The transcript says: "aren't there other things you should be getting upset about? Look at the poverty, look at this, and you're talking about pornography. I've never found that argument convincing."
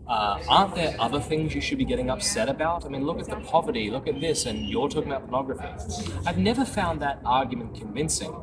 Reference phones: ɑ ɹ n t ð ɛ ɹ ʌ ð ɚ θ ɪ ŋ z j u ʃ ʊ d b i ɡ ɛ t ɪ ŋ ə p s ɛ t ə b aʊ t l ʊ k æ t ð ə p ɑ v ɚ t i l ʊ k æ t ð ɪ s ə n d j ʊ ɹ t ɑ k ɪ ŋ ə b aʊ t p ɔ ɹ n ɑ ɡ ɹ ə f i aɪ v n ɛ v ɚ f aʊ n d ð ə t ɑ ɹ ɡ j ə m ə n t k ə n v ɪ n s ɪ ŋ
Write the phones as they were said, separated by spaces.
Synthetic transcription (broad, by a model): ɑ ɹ n ð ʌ ɹ ʌ ð ɚ θ ɪ ŋ z j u ʃ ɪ d b i ɡ ɛ t ɪ ŋ ə p s ɛ t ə b aʊ t l ʊ k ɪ t ð ə p ɑ v ɚ t i l ʊ k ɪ t ð ɪ s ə n j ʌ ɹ t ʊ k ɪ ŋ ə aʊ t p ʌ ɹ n ɑ ɡ ɹ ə f i aɪ v n ɛ v ɚ f aʊ n ð ə t ɑ ɹ ɡ j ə m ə n k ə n v ɪ n s ɪ ŋ